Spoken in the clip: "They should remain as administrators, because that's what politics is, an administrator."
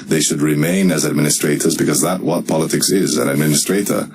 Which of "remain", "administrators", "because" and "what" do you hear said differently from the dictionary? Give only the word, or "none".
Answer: none